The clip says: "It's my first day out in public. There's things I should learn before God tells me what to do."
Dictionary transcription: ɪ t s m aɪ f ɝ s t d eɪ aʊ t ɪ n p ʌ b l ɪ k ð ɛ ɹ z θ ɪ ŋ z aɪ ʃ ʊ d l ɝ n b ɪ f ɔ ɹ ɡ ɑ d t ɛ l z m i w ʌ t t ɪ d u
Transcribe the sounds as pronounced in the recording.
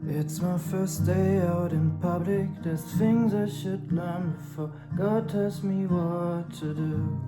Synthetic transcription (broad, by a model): ɪ t s m aɪ f ɝ s d eɪ aʊ t ɪ n p ʌ b l ɪ k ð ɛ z θ ɪ ŋ z aɪ ʃ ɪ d l ɝ n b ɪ f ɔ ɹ ɡ ɑ d t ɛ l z m i w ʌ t t ɪ d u